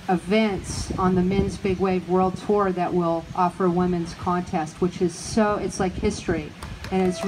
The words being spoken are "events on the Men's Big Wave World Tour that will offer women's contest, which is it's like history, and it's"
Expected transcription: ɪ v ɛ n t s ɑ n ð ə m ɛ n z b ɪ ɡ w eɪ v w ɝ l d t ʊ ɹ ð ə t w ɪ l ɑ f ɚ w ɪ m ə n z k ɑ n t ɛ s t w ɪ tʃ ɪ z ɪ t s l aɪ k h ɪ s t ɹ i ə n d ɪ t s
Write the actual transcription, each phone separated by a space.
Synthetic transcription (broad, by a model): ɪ v ɛ n t s n ð ə m ɛ n z b ɪ ɡ w eɪ v w ɝ l d t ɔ ɹ ð ə t w ɪ l ɑ f ɚ w ɪ m ə n z k ɑ n t ɛ s t w ɪ tʃ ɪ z ɪ t s l aɪ k h ɪ s t ɹ i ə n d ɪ t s